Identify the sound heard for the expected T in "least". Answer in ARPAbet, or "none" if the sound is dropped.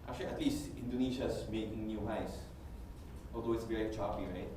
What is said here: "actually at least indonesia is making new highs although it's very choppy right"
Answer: T